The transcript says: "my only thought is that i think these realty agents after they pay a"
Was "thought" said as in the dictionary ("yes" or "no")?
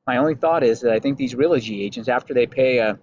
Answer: yes